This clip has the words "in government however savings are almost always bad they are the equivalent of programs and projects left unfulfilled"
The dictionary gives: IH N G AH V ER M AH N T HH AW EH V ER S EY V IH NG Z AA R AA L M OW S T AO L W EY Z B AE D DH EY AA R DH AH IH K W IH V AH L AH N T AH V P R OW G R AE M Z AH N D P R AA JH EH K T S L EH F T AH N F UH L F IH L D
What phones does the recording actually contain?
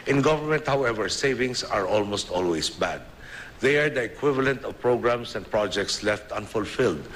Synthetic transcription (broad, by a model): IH N G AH V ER M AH N T HH AW EH V ER S EY V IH NG S AA R AA L M OW S T AO L W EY S B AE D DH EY AA R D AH IH K W IH V AH L AH N T AH V P R OW G R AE M S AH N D P R AA JH EH K T S L EH F T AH N F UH L F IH L D